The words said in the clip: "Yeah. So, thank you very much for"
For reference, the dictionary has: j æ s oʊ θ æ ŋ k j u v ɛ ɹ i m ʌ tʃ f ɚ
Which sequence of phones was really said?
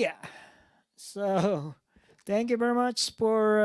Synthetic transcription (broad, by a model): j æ s oʊ θ æ ŋ k j u v ɛ ɹ i m ʌ tʃ f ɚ